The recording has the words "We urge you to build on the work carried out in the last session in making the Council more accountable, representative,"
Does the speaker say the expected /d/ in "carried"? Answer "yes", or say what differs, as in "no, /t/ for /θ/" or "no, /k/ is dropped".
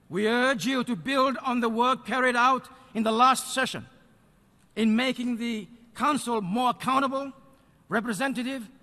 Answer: yes